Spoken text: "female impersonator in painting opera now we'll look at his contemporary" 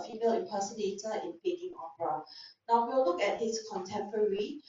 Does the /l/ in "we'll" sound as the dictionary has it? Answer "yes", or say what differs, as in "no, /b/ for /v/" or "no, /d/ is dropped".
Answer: no, /w/ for /l/